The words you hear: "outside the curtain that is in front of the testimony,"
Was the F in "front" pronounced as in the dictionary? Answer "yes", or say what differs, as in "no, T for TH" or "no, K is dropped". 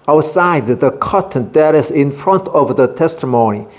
yes